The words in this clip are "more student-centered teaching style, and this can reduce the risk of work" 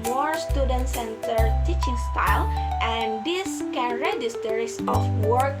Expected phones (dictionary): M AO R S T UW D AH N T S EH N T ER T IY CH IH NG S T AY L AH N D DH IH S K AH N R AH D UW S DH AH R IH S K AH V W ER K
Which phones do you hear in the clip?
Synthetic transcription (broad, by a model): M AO R S T UW D AH N T S EH N T ER T IY CH IH NG S T AY L AH N D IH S K AH N R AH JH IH S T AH R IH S AH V W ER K